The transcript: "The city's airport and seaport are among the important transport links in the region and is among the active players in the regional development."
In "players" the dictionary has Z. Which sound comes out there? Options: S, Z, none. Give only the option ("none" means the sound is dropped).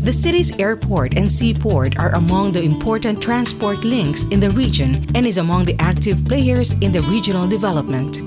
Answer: S